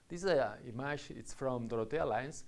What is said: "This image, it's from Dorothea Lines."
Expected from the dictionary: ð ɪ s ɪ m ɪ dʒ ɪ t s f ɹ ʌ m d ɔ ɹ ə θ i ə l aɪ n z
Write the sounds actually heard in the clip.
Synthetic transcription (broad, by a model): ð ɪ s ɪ m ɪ ʃ ɪ t s f ɹ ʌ m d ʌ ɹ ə t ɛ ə l aɪ n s